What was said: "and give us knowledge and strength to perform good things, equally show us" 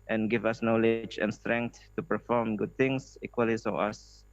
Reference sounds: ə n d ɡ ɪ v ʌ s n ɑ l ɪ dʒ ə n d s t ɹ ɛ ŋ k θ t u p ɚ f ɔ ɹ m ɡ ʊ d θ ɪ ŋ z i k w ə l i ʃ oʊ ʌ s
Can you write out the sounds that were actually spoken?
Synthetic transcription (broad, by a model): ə n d ɡ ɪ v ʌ s n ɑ l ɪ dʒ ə n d s t ɹ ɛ ŋ k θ t u p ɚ f ɔ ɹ m ɡ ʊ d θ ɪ ŋ s i k w ə l i s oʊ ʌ s